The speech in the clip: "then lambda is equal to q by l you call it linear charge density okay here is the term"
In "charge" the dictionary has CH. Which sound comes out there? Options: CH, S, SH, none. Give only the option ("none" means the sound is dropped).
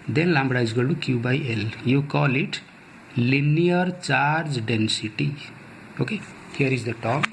CH